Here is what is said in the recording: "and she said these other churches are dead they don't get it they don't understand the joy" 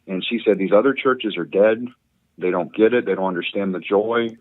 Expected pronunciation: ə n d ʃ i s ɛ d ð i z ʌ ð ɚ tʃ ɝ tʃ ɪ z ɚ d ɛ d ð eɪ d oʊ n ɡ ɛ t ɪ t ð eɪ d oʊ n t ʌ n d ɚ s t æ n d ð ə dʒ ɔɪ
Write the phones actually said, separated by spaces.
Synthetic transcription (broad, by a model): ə n ʃ i s ɛ d ð i z ʌ ð ɚ tʃ ɝ tʃ ɪ z ɚ d ɛ d ð eɪ d oʊ n ɡ ɛ t ɪ t ð eɪ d oʊ n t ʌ n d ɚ s t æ n ð ə dʒ ɔɪ